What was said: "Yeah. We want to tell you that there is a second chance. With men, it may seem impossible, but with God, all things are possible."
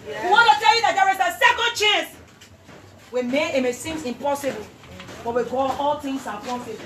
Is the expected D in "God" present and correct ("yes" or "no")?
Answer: no